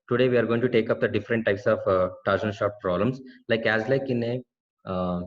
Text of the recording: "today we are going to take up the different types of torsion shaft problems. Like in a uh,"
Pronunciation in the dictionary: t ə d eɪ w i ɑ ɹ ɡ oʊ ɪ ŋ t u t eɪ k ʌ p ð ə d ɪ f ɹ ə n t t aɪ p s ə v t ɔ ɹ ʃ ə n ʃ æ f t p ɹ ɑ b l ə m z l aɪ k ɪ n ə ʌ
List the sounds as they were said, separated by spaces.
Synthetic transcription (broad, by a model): t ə d eɪ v i ɑ ɹ ɡ oʊ ɪ ŋ t u t eɪ k ʌ p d ə d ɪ f ɹ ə n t t aɪ p s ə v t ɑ ɹ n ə l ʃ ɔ t p ɹ ɑ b l ə m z l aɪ k ɪ n ə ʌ